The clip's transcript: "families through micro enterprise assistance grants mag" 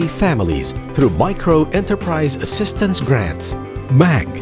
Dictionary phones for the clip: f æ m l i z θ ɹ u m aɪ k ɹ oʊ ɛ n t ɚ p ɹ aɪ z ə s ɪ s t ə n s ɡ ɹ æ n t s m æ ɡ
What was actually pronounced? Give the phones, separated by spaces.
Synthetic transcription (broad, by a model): f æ m l i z θ ɹ u m aɪ k ɹ oʊ ɛ n t ɚ p ɹ aɪ z ə s ɪ s t ə n s ɡ ɹ æ n t s m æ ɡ